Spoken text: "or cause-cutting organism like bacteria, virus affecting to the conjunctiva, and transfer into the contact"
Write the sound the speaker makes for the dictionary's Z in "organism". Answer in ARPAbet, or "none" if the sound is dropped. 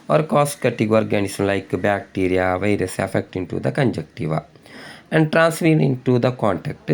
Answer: S